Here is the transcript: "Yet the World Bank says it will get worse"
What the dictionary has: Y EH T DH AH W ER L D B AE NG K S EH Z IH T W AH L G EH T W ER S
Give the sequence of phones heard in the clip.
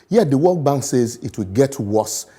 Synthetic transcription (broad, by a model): Y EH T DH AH W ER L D B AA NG K S EH Z IH T W AH L G EH T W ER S